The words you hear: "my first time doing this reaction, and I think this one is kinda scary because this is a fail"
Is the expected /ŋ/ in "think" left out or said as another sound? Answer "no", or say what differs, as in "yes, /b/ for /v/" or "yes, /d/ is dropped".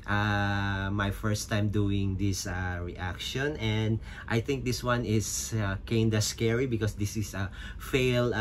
no